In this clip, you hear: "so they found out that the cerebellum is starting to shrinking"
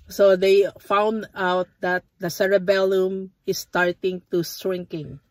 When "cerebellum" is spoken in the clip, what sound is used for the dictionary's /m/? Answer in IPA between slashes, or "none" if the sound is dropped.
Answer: /m/